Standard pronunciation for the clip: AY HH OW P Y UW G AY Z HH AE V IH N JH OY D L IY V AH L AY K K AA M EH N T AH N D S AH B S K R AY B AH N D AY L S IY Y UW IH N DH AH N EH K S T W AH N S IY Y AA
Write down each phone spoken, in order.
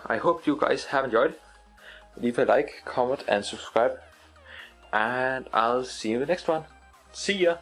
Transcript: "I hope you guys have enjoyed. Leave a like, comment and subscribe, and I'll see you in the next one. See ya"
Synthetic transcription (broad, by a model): AY HH OW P Y UW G AY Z HH AE V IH N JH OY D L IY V AH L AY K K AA M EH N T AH N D S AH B S K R AY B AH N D AY L S IY DH AH N EH K S T W AH N S IY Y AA